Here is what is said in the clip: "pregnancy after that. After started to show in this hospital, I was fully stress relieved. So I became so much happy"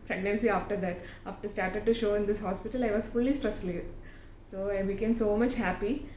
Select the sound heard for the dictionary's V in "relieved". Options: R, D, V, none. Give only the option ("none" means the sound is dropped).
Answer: none